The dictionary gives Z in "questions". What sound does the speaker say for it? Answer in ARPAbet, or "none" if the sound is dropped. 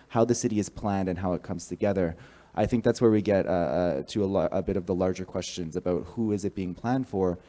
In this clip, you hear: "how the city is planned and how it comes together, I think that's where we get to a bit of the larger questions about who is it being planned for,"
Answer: Z